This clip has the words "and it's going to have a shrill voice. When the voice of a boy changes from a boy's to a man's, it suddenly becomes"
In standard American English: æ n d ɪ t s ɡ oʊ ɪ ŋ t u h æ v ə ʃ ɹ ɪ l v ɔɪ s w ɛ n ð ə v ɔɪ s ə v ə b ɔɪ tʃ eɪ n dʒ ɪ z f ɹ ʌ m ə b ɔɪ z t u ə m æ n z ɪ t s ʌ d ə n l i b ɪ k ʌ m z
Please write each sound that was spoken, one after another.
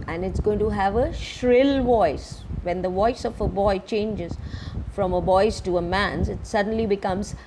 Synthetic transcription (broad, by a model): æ n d ɪ t s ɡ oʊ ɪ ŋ t u h æ v ə ʃ ɹ ɪ l v ɔɪ s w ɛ n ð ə v ɔɪ s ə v ə b ɔɪ tʃ eɪ n dʒ ɪ z f ɹ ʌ m ə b ɔɪ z t u ə m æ n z ɪ t s ʌ d ə n l i b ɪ k ʌ m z